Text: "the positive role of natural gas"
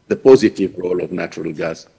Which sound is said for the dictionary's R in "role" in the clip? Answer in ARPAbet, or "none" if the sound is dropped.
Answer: R